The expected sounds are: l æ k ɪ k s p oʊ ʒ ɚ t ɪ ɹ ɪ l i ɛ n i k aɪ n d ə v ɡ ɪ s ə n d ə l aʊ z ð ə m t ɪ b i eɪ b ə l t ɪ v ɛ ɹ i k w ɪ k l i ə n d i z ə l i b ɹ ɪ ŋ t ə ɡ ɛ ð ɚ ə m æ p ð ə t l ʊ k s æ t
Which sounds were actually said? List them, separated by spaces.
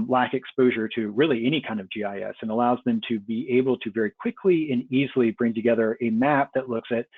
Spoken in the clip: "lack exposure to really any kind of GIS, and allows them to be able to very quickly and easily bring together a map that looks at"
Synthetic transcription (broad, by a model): l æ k ɪ k s p oʊ ʒ ɚ t ɪ ɹ ɪ l i ɛ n i k aɪ n d ə v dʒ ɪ s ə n ə l aʊ z ð ə m t ɪ b i eɪ b l t ɪ v ɛ ɹ i k w ɪ k l i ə n i z l i b ɹ ɪ ŋ t ə ɡ ɛ ð ɚ ə m æ p ð ə t l ʊ k s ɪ t